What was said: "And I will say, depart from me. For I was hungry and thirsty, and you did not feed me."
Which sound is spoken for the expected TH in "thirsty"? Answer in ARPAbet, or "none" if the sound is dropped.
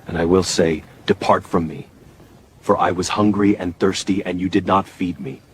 TH